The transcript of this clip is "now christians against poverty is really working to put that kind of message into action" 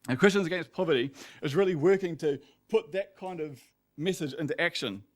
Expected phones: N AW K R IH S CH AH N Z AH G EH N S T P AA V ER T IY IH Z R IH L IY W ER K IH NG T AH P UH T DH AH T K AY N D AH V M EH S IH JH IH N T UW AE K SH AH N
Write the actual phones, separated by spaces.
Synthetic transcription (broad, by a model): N K R IH S CH AH N Z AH G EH N S P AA V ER T IY IH Z R IH L IY W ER K IH NG T AH P UH T DH AH T K AY N D AH V M EH S IH JH IH N T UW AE K SH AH N